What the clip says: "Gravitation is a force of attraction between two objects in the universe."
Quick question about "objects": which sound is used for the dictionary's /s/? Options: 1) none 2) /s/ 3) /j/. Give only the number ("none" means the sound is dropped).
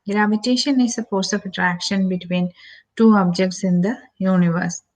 2